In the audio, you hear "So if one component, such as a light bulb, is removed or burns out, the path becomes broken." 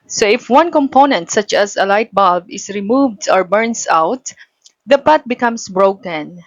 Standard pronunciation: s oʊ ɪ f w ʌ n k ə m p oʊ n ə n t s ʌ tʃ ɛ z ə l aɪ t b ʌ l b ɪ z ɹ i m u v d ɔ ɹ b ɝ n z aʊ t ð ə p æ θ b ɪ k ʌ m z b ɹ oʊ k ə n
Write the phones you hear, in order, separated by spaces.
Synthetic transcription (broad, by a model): s oʊ ɪ f w ʌ n k ə m p oʊ n ə n t s ʌ tʃ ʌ s ə l aɪ t b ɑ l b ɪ s ɹ i m u v d ɔ ɹ b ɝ n s aʊ t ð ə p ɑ t b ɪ k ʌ m s b ɹ oʊ k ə n